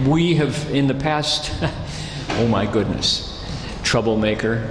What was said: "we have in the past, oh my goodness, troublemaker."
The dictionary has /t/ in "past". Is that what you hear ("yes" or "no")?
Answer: yes